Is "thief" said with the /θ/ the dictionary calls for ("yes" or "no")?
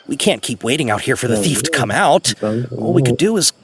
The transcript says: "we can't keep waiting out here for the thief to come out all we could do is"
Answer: yes